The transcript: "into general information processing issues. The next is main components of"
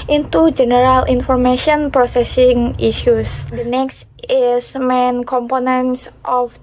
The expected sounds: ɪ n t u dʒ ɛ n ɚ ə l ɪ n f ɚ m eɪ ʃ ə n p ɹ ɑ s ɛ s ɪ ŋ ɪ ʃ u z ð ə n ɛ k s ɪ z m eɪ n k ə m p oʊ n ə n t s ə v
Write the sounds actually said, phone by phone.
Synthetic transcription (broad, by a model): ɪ n t u dʒ ɛ n ɚ ə l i n f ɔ m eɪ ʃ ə n p ɹ ɑ s ɛ s ɪ ŋ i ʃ u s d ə n ɛ k s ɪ s m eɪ n k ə m p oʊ n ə n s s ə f